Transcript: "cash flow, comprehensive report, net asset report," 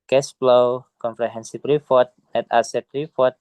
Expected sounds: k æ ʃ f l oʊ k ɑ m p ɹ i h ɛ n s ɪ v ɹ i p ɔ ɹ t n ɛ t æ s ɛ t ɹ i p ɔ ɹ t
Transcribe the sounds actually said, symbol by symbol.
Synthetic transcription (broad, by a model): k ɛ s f l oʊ k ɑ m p ɹ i h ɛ n s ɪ p ɹ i f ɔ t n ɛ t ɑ s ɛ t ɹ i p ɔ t